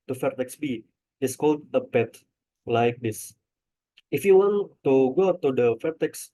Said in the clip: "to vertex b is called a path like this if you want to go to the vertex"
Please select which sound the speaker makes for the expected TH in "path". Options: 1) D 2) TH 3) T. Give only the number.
3